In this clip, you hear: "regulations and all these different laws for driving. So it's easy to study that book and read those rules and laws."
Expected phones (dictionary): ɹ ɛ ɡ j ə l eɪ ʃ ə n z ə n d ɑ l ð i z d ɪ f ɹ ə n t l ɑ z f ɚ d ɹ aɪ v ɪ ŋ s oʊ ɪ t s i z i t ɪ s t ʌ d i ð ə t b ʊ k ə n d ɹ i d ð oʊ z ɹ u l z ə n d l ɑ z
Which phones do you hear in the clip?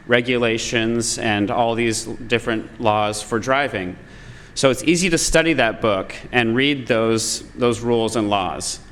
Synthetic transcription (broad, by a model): ɹ ɛ ɡ j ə l eɪ ʃ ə n z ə n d ɑ l ð i z d ɪ f ɹ ə n t l ɑ z f ɚ d ɹ aɪ v ɪ ŋ s oʊ ɪ t s i z i t ɪ s t ʌ d i ð ə t b ʊ k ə n ɹ i d ð oʊ z ɹ u l z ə n l ɑ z